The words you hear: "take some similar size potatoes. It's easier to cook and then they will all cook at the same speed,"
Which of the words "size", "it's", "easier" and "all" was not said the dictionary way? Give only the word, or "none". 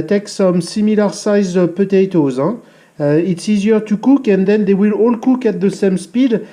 none